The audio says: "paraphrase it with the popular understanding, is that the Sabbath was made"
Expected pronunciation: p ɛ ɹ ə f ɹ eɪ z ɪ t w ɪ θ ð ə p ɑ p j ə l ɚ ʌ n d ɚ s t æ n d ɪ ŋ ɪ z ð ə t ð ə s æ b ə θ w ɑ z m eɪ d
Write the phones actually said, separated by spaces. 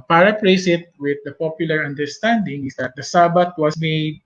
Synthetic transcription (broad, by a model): p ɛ ɹ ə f ɹ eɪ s ɪ t w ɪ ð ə p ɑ p j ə l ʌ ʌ n d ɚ s t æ n d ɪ ŋ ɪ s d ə t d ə s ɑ b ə t w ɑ s m eɪ d